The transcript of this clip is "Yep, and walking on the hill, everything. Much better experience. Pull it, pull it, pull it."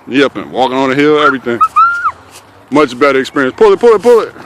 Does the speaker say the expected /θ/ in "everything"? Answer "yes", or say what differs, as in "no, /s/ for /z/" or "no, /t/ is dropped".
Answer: yes